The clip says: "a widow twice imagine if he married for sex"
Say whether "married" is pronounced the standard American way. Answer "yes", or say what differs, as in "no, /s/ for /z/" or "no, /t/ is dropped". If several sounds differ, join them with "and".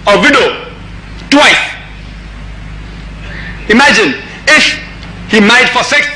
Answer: no, /ɹ/ is dropped